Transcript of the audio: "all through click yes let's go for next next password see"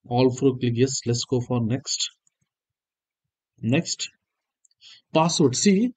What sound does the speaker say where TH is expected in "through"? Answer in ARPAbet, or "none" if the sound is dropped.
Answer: F